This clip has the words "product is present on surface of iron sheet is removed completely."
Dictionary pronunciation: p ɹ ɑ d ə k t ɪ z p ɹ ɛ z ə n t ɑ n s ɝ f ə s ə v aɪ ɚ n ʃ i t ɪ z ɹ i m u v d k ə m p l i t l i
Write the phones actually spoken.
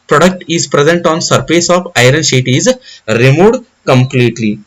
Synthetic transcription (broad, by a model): p ɹ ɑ d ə k t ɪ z p ɹ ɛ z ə n t ɑ n s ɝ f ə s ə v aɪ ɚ n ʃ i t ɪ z ɹ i m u d k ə m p l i t l i